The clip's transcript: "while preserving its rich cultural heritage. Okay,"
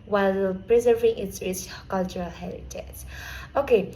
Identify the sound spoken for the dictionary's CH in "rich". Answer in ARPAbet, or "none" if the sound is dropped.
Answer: S